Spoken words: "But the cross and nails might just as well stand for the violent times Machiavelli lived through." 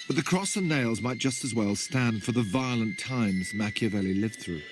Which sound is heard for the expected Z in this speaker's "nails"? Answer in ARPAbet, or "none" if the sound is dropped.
Z